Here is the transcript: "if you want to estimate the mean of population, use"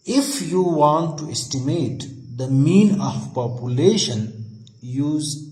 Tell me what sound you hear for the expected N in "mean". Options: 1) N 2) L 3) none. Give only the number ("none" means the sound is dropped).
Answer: 1